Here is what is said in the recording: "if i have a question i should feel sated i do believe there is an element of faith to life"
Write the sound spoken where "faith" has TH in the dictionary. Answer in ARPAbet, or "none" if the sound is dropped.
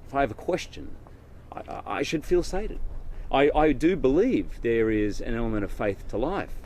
TH